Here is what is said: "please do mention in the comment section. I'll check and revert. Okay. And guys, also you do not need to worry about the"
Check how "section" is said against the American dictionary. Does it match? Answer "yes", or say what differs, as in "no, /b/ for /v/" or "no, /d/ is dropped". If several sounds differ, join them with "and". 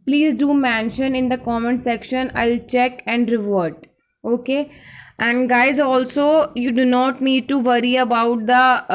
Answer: yes